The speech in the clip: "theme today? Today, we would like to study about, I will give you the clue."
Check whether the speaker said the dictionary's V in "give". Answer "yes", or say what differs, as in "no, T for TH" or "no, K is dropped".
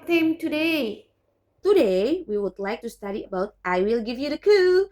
yes